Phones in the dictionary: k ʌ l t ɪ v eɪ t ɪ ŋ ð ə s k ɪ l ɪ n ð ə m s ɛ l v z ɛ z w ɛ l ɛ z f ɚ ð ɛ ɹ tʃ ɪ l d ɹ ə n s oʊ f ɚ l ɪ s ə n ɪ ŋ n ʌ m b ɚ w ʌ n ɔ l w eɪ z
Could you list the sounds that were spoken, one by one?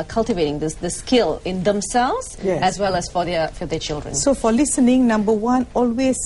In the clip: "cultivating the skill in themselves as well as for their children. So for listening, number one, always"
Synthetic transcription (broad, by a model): k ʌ l t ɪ v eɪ t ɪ ŋ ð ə s k ɪ l ɪ n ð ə m s ɛ l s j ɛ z w ɛ l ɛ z f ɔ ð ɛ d tʃ ɪ l d ɹ ə n s oʊ f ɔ l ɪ s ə n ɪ ŋ n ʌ m b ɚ w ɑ n ɔ l w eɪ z